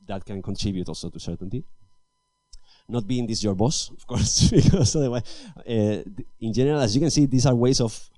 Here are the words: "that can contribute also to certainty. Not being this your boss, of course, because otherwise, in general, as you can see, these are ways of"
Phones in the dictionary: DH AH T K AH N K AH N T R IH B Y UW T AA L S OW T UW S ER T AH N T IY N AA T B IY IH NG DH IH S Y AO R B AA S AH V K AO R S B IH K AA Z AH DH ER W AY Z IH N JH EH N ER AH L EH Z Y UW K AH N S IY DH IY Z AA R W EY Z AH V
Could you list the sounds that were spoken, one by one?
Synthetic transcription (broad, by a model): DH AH T K AH N K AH N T R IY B Y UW T AA L S OW T UW S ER T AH N T IY N AA T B IY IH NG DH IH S Y AO R B AA S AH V K AO R S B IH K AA S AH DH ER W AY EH IH N JH EH N ER AH L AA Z Y UW K AH N S IY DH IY S AA R W EY S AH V